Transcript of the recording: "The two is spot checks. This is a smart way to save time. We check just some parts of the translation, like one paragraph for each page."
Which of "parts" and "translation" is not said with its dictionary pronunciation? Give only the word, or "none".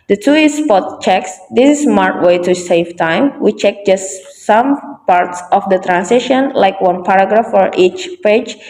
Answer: translation